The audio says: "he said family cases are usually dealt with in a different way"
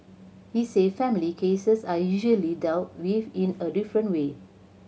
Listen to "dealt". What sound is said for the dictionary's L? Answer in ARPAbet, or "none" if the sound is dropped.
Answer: W